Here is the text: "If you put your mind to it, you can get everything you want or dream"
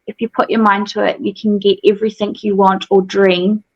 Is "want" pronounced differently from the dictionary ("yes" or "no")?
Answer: no